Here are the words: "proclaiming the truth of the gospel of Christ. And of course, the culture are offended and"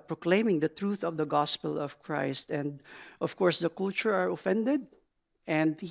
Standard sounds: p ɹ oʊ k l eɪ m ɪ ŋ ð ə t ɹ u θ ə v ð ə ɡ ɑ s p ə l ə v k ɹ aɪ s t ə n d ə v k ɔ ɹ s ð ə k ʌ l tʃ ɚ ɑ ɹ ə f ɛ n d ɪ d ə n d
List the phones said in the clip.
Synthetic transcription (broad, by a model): p ɹ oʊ k l eɪ m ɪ ŋ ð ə t ɹ u θ ə v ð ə ɡ ɑ s p ə l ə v k ɹ aɪ s t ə n d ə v k ɔ ɹ s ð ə k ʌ l tʃ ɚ ɑ ɹ ə f ɛ n d ɪ d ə n d